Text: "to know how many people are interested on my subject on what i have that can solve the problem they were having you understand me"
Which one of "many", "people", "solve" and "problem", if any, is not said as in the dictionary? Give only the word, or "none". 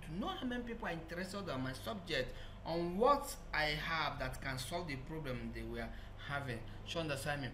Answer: none